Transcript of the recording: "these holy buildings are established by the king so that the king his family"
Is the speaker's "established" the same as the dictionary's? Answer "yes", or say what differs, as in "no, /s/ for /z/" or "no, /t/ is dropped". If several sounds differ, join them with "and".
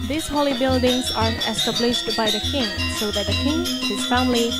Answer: yes